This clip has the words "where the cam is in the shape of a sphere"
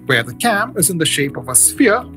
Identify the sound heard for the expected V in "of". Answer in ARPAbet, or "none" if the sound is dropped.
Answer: V